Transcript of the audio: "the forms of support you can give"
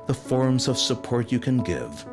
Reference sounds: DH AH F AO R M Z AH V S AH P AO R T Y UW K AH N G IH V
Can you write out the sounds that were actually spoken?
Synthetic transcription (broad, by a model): DH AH F AO R M Z AH V S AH P AO R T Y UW K AH N G IH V